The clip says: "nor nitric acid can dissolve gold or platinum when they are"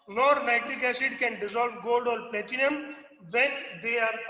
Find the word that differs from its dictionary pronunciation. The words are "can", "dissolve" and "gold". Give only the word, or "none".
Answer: none